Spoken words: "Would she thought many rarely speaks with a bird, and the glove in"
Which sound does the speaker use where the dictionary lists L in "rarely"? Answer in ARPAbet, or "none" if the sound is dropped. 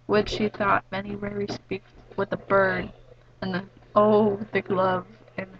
none